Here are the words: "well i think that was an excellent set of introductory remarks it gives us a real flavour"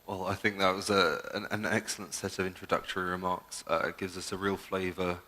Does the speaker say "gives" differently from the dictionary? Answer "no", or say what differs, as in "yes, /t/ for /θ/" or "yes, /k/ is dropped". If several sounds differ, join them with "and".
no